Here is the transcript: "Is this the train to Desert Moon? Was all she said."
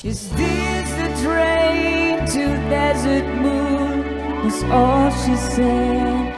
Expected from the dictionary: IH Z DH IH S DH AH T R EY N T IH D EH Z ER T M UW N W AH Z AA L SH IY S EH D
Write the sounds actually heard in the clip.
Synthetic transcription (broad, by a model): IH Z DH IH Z DH AH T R EY N T IH D EH Z ER T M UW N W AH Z AA L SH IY S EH